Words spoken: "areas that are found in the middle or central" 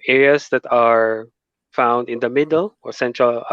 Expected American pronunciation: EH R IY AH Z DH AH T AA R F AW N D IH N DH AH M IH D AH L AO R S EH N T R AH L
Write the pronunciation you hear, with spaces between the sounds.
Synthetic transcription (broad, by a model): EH R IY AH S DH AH T AA R F AW N D IH N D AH M IH D AH L AO R S EH N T R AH L